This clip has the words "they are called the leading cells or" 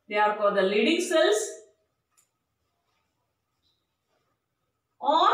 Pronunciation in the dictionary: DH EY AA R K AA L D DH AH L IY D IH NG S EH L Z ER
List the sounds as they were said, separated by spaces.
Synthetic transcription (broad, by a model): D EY AA R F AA D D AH L IY D IH NG S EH L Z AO